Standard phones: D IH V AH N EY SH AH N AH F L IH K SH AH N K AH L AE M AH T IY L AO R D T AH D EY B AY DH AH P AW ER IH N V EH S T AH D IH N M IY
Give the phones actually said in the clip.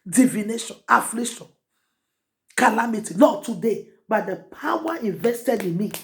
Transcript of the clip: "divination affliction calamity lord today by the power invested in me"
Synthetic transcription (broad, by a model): D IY V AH N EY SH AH N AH F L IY SH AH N K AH L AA M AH T IY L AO T AH D EY B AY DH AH P AW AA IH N V EH S T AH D IH N M IY